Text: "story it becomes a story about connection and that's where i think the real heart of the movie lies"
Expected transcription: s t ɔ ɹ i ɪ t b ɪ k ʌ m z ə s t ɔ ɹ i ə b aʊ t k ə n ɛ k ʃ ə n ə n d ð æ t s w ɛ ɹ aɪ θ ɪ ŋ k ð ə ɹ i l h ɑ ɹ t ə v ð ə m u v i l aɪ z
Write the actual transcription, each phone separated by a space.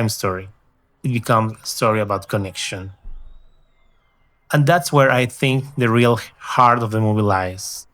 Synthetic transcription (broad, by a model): s t ɔ ɹ i ɪ t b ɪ k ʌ m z ə s t ɔ ɹ i ə b aʊ t k ə n ɛ k ʃ ə n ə n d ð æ t s w ɛ ɹ aɪ θ ɪ ŋ k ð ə ɹ i l h ɑ ɹ t ə v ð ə m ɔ b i l aɪ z